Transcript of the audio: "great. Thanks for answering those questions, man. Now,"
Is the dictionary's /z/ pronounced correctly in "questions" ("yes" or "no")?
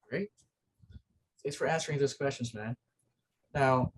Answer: yes